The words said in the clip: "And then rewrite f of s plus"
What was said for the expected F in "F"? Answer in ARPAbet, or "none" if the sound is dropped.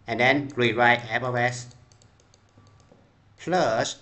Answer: P